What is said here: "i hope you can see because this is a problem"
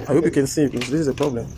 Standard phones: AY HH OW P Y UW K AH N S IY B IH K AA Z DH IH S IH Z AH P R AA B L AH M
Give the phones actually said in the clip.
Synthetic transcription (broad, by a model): AY HH OW P Y UW K AH N S IY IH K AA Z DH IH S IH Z AH P R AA B L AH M